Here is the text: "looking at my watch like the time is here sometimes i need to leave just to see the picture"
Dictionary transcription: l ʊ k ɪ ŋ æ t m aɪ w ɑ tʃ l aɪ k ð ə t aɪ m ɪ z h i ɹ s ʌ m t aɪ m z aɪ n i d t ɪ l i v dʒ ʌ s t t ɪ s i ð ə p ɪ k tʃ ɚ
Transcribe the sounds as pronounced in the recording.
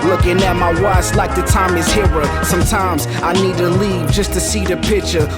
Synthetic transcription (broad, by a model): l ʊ k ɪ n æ m aɪ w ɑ s l aɪ k ð ə t aɪ m ɪ z h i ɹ s ʌ m t aɪ m z aɪ n i d t ɪ l i v dʒ ʌ s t t ɪ s i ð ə p ɪ k tʃ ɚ